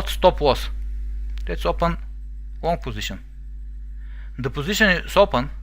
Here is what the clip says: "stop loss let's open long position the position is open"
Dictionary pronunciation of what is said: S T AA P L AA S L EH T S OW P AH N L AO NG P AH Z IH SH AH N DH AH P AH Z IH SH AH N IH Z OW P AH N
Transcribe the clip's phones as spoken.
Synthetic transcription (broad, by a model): S T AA P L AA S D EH T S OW P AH N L AO NG P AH Z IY SH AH N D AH P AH Z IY SH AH N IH S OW P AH N